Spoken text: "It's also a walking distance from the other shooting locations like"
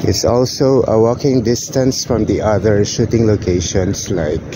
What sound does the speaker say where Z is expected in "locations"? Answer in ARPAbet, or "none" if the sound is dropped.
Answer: S